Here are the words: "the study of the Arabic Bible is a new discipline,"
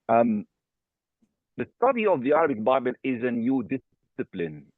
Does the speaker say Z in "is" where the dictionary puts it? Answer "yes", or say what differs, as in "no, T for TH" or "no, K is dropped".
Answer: yes